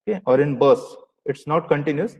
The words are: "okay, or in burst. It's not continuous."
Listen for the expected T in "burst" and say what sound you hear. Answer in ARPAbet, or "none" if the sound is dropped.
none